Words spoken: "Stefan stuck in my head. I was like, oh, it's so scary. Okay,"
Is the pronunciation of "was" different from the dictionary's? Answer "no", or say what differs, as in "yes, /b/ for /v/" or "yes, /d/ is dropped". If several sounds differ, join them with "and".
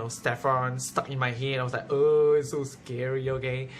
yes, /s/ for /z/